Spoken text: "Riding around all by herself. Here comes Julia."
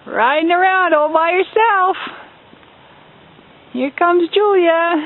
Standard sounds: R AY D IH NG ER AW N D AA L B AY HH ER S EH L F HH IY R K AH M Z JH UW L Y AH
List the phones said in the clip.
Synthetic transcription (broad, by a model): R AY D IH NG ER AW N D AA L B AY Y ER S EH L F HH IY R K AH M Z JH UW L Y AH